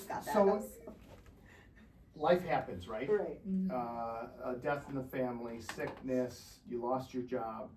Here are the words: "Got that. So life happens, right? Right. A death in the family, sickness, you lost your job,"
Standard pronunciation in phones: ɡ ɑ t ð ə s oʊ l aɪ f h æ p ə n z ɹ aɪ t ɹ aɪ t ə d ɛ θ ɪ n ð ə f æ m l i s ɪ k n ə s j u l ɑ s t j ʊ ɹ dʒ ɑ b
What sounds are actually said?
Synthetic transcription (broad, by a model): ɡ s oʊ l aɪ f h æ p ə n z ɹ aɪ t ɹ aɪ t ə d ɛ θ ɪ n ð ə f æ m l i s ɪ k n ə s j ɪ l ɑ s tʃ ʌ ɹ dʒ ɑ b